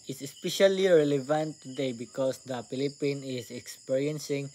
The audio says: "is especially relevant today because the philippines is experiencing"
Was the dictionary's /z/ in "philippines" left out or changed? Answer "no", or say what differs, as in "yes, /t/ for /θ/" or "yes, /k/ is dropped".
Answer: yes, /z/ is dropped